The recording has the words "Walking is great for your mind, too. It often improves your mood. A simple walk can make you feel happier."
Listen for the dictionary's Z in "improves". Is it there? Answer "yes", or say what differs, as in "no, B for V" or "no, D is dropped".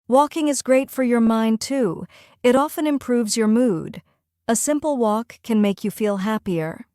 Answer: yes